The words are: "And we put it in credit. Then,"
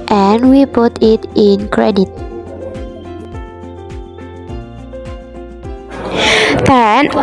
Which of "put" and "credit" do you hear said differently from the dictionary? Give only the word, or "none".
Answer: none